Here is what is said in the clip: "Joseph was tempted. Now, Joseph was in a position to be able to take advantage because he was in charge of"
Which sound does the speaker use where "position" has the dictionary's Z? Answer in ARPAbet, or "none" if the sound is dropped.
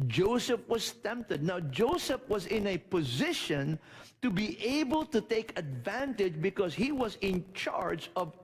Z